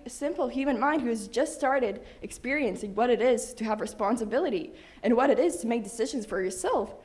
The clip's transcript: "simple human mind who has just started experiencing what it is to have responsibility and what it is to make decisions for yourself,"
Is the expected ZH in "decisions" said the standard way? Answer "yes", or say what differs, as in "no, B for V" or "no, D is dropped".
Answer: yes